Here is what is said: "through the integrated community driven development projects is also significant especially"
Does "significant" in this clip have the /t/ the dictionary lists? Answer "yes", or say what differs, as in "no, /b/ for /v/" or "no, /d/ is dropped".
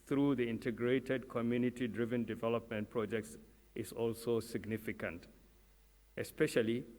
yes